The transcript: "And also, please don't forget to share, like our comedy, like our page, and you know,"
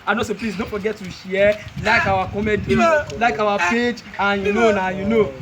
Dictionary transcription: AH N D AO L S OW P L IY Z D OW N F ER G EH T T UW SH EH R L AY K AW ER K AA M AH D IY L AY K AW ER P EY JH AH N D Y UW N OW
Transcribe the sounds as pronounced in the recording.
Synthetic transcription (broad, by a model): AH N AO S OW P L IY S D OW N F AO G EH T T UW SH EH L AY K AW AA K AA M AH D IY L AY K AW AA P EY JH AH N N Y UW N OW